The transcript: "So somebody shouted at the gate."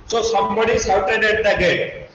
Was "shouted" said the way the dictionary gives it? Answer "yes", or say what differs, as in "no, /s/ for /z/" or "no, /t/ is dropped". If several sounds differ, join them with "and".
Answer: no, /s/ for /ʃ/